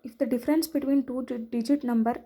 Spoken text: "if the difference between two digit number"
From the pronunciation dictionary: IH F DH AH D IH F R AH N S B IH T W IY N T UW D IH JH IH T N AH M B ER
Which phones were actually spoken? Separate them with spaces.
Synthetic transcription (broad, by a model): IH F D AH D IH F R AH N S B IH T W IY N T UW D IH JH IH T N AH M B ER